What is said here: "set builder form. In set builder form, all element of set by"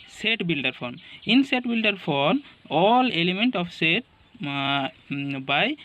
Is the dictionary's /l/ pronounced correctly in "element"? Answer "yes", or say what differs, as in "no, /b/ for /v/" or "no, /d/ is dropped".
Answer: yes